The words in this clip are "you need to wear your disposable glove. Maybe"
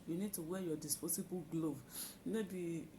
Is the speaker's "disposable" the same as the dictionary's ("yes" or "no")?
no